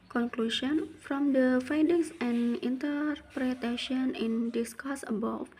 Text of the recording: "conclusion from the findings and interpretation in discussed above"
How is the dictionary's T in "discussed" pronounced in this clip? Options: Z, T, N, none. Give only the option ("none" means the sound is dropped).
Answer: none